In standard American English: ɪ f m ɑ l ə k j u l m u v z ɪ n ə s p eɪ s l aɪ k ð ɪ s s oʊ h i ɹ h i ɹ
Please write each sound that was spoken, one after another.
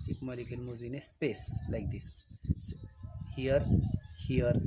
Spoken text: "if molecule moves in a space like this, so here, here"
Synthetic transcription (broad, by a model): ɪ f m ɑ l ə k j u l m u z ɪ n ə s p eɪ s l aɪ k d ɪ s s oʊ h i ɹ h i ɹ